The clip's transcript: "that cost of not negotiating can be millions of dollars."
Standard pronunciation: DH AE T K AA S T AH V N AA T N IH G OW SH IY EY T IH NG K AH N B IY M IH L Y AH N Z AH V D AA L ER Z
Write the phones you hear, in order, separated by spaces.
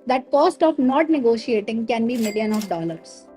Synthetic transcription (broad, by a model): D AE T K AA S T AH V N AA T N IH G OW SH IY EY T IH NG K AH N B IY M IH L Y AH N AH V D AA L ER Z